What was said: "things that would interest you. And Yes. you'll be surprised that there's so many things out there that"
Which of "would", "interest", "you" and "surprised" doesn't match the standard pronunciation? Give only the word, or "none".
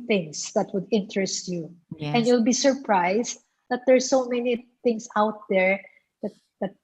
surprised